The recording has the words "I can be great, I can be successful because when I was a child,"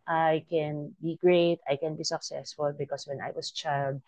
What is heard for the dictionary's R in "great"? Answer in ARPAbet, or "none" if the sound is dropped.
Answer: R